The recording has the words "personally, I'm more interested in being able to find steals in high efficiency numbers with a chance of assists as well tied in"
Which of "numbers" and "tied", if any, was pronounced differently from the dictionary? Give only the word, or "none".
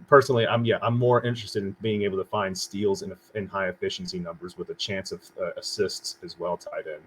none